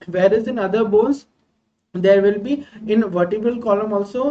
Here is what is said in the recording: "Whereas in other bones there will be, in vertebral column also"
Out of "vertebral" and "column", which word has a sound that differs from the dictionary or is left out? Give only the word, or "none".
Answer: vertebral